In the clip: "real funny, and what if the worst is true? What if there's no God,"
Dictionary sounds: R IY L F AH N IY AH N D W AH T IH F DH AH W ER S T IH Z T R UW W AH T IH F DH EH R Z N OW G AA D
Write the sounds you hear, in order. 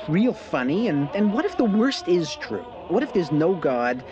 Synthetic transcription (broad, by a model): R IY L F AH N IY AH N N W AH T IH F DH AH W ER S T IH Z T R UW W AH T IH F DH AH R Z N OW G AA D